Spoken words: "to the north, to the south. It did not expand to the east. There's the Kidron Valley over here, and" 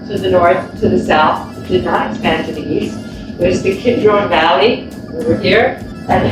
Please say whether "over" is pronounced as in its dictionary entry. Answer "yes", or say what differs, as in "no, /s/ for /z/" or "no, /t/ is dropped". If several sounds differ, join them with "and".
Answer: no, /w/ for /v/